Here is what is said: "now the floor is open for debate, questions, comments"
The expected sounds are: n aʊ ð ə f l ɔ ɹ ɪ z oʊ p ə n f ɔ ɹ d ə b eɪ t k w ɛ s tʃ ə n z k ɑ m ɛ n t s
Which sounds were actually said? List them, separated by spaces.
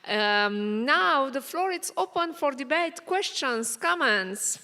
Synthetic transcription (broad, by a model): n aʊ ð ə f l ɔ ɹ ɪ s oʊ p ə n f ɔ ɹ d ə b eɪ t k w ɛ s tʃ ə n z k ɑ m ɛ n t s